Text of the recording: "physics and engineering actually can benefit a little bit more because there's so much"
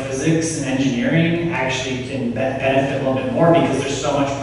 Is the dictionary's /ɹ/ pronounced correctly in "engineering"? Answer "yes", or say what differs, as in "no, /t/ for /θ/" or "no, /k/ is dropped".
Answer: yes